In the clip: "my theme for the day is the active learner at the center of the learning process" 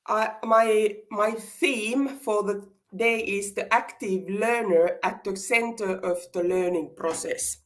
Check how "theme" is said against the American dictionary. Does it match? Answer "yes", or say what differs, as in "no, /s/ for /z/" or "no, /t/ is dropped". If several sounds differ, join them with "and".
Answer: yes